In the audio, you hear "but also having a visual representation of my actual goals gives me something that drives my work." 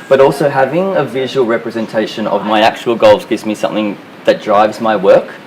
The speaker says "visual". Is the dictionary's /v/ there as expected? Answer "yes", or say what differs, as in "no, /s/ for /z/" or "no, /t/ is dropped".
yes